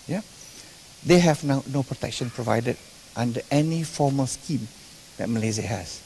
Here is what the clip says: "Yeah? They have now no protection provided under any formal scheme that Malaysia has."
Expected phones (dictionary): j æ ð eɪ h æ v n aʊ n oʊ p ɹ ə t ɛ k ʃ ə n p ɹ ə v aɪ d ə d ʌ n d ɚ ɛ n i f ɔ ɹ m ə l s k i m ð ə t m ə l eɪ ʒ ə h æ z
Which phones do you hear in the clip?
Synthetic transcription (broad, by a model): j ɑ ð eɪ h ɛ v n aʊ n oʊ p ɹ ə t ɛ k ʃ ə n p ɹ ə v aɪ d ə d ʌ n d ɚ ɛ n i f ɔ m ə l s k i m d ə t m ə l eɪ z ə h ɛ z